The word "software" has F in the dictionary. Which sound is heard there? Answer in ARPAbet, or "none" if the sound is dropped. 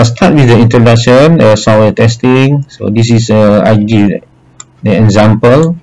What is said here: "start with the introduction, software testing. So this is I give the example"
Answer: none